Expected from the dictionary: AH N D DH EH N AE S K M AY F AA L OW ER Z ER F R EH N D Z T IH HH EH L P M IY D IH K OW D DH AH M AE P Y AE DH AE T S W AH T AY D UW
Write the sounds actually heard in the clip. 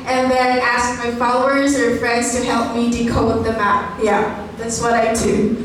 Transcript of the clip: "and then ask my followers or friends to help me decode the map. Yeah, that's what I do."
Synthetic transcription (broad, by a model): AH N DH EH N AE S K M AY F AA L OW ER Z ER F R EH N D Z T IH HH EH L P M IY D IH K OW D DH AH M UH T Y AE DH AE T S W AH T AY D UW